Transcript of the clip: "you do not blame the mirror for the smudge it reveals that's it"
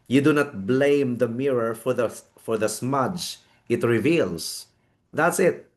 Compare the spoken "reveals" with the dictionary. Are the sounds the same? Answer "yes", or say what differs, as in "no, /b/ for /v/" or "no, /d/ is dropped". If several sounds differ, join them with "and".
no, /s/ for /z/